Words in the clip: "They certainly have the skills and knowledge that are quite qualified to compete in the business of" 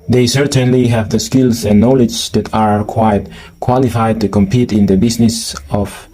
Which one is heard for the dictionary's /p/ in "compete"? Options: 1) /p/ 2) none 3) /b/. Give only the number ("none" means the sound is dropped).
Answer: 1